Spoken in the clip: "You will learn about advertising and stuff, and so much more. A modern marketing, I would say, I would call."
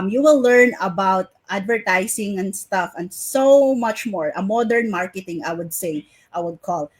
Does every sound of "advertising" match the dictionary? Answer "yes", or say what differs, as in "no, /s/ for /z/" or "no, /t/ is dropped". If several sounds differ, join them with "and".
no, /s/ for /z/